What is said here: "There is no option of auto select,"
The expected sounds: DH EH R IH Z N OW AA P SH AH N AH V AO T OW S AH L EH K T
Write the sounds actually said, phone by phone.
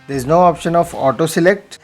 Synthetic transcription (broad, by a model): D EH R IH Z N OW AA P SH AH N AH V AO T OW S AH L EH K T